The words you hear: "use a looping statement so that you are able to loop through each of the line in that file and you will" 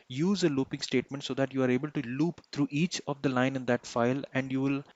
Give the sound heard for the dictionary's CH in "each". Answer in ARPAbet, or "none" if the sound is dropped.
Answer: CH